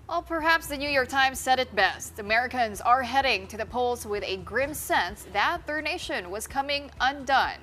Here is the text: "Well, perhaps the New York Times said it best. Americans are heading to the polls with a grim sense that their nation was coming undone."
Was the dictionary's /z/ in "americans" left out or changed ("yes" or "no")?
no